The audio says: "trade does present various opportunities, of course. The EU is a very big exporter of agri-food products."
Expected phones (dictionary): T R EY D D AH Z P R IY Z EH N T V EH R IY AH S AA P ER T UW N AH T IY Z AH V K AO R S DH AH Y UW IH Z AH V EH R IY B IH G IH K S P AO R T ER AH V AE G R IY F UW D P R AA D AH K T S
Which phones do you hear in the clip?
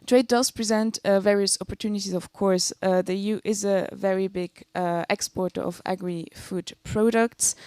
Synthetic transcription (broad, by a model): T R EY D D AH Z P R IY Z EH N T V EH R IY AH S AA P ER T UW N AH T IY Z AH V K AO R S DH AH Y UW IH Z AH V EH R IY B IH G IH K S P AO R T ER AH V AE G R IY F UW D P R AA D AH K T S